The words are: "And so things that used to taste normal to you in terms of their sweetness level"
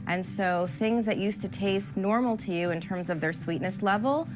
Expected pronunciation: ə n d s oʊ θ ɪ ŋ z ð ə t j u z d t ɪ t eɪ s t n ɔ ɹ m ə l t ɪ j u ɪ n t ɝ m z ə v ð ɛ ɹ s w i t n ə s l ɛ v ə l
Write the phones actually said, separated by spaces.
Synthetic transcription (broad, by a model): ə n s oʊ θ ɪ ŋ z ð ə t j u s t ɪ t eɪ s t n ɔ ɹ m l t ɪ j u ɪ n t ɝ m z ə v ð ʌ ɹ s w i t n ə s l ɛ v l